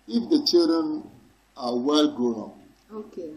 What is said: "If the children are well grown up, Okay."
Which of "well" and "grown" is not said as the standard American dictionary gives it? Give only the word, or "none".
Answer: grown